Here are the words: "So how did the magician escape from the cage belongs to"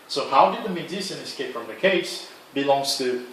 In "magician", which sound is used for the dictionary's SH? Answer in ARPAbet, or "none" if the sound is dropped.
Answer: S